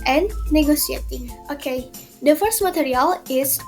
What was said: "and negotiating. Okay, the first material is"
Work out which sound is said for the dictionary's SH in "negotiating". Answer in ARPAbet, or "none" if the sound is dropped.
S